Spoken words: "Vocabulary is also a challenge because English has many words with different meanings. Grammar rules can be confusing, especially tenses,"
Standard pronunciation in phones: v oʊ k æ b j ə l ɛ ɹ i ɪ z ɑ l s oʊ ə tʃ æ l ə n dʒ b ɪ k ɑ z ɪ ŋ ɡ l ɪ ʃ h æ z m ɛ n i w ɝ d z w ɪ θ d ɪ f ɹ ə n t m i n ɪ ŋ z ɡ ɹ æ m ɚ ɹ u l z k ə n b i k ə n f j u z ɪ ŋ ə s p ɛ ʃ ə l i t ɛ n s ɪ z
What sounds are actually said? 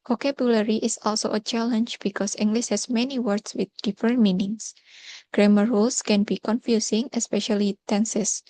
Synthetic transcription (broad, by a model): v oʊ k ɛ b j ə l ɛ ɹ i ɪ s ɑ l s oʊ ə tʃ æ l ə n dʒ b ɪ k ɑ s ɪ ŋ ɡ l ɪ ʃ h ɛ s m ɛ n i w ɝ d s w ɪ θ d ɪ f ɹ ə n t m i n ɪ ŋ s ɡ ɹ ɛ m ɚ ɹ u l s k ə n b i k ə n f j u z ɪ ŋ ə s p ɛ ʃ ə l i t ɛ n s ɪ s